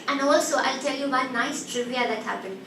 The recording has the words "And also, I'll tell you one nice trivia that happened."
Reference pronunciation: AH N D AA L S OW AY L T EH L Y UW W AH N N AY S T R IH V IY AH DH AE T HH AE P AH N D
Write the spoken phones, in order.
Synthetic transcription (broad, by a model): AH N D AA L S OW AY L T EH L Y UW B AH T N AY S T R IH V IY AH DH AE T HH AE P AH N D